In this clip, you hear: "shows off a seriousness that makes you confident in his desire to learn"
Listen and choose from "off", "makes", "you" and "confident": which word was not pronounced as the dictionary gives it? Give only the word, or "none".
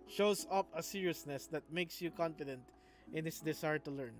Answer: off